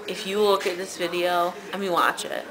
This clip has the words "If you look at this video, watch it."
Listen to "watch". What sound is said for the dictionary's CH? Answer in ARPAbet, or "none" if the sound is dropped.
CH